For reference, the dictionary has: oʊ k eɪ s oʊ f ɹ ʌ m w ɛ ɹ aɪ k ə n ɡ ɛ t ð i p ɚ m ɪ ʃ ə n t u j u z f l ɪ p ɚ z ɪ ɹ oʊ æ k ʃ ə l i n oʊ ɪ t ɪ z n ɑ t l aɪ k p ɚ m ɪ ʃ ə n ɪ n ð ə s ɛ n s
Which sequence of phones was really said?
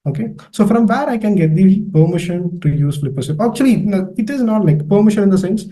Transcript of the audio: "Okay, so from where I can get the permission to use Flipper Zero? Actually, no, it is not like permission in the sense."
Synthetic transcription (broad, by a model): oʊ k eɪ s oʊ f ɹ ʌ m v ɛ ɹ aɪ k ə n ɡ ɛ t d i p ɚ m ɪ ʃ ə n t u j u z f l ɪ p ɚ s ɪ oʊ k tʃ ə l i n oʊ ɪ t ɪ z n ɑ t l aɪ k p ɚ m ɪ ʃ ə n ɪ n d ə s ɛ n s